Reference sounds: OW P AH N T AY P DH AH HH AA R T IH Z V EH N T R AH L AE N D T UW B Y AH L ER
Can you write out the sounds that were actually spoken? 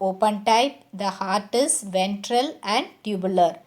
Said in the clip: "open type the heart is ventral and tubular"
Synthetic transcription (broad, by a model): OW P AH N T AY P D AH HH AA R T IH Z V EH N T R AH L AE N D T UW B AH L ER